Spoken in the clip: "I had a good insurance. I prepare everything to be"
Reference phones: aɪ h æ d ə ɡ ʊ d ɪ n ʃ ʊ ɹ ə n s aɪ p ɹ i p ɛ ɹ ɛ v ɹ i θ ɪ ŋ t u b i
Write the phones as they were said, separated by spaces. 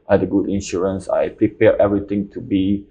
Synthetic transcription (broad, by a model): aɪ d ə ɡ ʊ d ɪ n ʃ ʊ ɹ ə n s aɪ p ɹ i p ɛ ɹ ɛ v ɹ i t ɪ ŋ t u b i